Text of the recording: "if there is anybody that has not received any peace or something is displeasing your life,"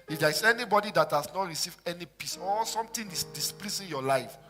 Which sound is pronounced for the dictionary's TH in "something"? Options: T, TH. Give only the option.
T